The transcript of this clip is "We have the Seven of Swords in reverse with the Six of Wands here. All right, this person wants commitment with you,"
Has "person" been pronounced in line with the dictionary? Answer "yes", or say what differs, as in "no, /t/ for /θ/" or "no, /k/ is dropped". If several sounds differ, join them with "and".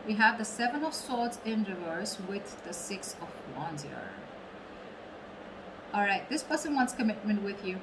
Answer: no, /b/ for /p/